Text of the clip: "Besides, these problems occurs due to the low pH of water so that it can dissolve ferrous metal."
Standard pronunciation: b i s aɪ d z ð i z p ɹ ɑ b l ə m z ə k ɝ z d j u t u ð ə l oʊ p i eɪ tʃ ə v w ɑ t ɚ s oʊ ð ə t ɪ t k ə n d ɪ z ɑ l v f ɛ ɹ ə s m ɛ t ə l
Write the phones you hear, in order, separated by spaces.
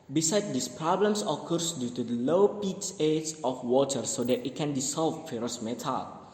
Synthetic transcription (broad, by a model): b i s aɪ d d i s p ɹ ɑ b l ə m s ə k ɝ s d j u t u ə l oʊ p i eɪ s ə f w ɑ t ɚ s oʊ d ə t ɪ t k ə n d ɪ s ɑ l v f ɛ ɹ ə s m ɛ t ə l